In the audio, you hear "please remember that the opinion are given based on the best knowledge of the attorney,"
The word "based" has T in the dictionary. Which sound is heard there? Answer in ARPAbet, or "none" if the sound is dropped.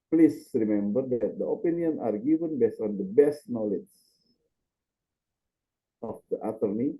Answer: none